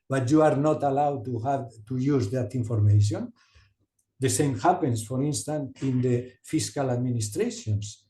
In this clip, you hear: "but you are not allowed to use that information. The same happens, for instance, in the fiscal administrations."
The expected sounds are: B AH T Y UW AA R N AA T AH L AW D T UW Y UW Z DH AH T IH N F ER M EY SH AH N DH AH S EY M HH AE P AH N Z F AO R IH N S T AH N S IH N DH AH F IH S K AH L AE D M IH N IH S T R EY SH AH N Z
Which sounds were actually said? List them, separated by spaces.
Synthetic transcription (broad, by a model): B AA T Y UW AA R N AA T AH L AW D T UW Y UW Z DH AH T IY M F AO M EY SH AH N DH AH S EY M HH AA P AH N S F AO R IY N S T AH N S IH N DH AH F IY S K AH L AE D M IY N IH S T R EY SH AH N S